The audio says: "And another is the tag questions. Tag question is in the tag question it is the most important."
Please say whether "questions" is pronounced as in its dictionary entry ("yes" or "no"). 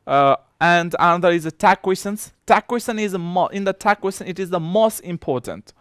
no